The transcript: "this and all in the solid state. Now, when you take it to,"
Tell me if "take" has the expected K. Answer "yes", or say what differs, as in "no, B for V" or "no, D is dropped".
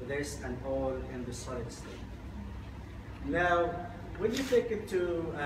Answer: yes